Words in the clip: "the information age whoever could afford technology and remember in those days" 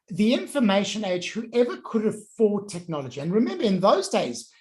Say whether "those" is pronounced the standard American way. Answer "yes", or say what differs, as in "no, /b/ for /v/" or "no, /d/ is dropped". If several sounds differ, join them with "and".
yes